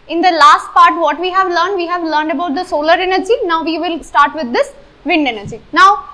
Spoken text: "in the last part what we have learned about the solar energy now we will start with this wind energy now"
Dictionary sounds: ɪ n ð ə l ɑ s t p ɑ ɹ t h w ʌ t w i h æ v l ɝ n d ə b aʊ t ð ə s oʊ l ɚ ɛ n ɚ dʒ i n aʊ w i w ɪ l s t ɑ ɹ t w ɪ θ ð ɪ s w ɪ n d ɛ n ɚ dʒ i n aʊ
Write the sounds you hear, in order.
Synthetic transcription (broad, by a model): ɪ n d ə l ɑ s t p ɑ ɹ t h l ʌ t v i h æ v l ɝ n d ə b aʊ t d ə s oʊ l ɚ ɛ n ɚ dʒ i n aʊ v i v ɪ l s t ɑ ɹ t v ɪ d ɪ s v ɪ n d ɛ n ɚ dʒ i n aʊ